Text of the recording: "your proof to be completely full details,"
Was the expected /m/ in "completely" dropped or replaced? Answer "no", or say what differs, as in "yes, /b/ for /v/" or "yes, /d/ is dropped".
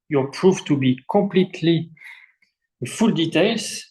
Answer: no